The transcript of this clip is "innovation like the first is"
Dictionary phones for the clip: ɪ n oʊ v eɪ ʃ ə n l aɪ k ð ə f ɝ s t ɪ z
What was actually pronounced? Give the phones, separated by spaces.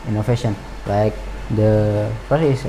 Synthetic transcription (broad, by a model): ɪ n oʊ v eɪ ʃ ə n l aɪ k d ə p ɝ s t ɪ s